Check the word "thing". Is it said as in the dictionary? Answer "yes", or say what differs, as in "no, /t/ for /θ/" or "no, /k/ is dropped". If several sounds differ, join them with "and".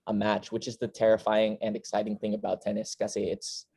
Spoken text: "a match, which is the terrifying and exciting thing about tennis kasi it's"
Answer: yes